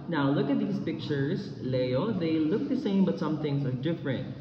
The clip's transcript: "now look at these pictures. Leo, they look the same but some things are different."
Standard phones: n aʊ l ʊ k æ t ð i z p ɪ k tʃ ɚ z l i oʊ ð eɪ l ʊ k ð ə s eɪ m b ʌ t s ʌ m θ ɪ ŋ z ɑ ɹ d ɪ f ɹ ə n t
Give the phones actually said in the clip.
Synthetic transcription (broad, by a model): n aʊ l ʊ k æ t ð i s p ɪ k tʃ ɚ s l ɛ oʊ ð eɪ l ʊ k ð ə s eɪ m b ʌ t s ʌ m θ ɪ ŋ s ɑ ɹ d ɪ f ɹ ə n t